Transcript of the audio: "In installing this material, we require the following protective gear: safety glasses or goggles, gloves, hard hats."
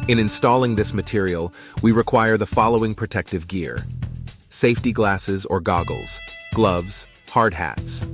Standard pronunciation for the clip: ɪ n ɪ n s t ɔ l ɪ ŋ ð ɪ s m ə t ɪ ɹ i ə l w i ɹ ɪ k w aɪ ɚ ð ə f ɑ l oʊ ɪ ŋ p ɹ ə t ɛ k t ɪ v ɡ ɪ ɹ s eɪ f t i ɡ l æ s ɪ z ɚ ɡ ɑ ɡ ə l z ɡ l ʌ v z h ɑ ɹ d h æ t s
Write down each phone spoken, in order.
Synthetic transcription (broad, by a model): ɪ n ɪ n s t ɔ l ɪ ŋ ð ɪ s m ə t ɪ ɹ i l w i ɹ ɪ k w aɪ ɚ ð ə f ɑ l oʊ ɪ ŋ p ɹ ə t ɛ k t ɪ v ɡ ɪ ɹ s eɪ f t i ɡ l æ s ɪ z ɚ ɡ ɑ ɡ l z ɡ l ʌ v z h ɑ ɹ d h æ t s